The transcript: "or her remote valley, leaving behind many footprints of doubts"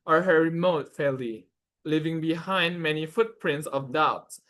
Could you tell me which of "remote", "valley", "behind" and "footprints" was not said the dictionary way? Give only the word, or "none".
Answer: valley